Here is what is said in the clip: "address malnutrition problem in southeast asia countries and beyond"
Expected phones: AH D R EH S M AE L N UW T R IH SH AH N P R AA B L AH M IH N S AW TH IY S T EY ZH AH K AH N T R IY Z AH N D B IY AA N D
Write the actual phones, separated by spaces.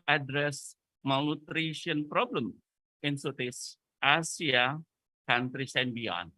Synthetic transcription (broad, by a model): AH D R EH S M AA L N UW T R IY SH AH N P R AA B L AH M IH N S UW T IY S T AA S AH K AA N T R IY S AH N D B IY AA N